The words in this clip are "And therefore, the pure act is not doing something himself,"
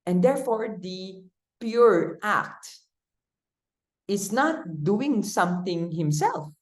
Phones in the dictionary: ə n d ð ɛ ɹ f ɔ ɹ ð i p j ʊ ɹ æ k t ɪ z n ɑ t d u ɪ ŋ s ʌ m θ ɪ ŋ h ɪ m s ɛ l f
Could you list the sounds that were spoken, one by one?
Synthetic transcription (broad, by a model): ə n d ɛ ɹ f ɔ ɹ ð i p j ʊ ɹ æ k t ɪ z n ɑ t d u ɪ ŋ s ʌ m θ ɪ ŋ h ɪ m s ɛ l f